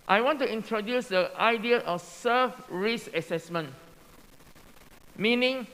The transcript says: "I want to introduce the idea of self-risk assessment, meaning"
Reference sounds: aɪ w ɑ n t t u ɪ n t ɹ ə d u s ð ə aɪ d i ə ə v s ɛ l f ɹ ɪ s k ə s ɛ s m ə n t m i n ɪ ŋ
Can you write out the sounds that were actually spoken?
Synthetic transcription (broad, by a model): aɪ w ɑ n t t u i n t ɹ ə d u s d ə aɪ d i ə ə f s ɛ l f ɹ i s ə s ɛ s m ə n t m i n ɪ ŋ